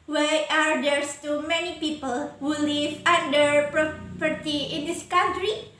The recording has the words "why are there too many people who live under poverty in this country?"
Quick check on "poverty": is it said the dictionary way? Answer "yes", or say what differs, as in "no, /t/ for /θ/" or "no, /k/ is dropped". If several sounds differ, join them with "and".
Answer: no, /p/ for /v/